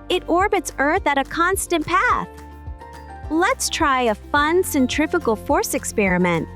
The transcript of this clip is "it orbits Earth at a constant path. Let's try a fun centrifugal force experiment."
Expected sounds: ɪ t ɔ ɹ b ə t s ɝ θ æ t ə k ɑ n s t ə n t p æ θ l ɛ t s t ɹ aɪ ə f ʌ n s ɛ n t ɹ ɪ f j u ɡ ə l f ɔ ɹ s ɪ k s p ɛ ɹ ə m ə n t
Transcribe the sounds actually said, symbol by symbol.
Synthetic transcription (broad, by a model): ɪ t ɔ ɹ b ə t s ɝ θ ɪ t ə k ɑ n s t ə n p æ θ l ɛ t s t ɹ aɪ ə f ʌ n s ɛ n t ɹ ɪ f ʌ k l f ɔ ɹ s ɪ k s p ɛ ɹ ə m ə n t